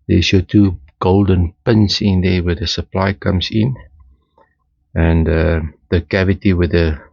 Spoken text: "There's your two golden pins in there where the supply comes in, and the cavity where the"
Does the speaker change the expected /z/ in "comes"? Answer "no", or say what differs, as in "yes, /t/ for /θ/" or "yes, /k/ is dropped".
yes, /s/ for /z/